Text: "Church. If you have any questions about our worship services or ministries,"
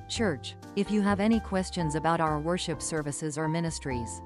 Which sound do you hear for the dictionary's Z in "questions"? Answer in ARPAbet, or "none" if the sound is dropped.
Z